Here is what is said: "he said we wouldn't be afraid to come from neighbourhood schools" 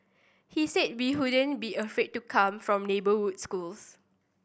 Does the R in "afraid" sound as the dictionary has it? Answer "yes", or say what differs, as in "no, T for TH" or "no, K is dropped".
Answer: no, R is dropped